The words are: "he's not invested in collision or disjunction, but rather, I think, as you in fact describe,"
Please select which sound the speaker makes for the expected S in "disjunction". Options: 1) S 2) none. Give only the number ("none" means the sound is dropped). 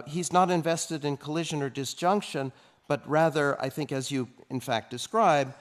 1